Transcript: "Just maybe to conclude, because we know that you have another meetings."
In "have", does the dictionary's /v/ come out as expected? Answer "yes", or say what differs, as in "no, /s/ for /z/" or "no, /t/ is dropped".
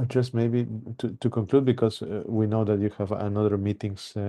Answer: yes